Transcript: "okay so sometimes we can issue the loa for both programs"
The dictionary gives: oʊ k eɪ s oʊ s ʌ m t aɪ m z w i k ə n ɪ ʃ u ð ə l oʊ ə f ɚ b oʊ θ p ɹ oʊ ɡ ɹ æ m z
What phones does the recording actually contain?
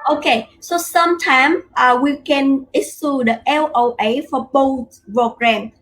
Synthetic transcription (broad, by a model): oʊ k eɪ s oʊ s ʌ m t aɪ m w i k ə n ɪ s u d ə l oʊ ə f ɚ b oʊ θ p ɹ oʊ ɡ ɹ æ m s